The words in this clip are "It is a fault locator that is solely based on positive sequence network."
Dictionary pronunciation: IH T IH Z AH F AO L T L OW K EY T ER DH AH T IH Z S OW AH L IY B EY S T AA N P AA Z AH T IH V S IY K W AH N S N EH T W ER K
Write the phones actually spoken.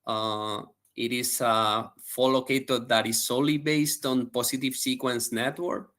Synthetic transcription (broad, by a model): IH T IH S AH F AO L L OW K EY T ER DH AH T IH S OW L IY B EY S T AA N P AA S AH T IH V S IY K W AH N S N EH T W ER K